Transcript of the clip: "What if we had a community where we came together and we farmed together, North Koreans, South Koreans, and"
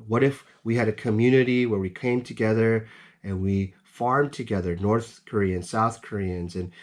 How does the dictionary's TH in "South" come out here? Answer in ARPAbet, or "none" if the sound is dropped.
TH